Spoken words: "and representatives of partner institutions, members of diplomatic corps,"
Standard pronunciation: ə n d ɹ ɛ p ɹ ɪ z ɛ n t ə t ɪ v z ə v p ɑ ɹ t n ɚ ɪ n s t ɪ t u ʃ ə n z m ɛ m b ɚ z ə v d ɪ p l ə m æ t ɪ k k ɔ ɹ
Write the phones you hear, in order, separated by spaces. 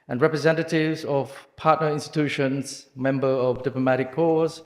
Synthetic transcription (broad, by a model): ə n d ɹ ɛ p ɹ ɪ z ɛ n t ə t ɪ v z ə v p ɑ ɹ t n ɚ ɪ n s t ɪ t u ʃ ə n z m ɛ m b ɚ ə v d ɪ p l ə m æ t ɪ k k ɔ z